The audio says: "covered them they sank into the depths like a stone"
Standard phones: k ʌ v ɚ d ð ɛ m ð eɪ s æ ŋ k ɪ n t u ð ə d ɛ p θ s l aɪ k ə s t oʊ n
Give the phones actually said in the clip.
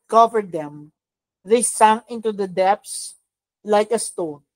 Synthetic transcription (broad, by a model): k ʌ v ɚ d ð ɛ m ð eɪ s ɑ ŋ ɪ n t u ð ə d ɛ p s l aɪ k ə s t oʊ n